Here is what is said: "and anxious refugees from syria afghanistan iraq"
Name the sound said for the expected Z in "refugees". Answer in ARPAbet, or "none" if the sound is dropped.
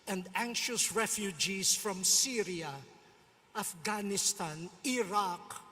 S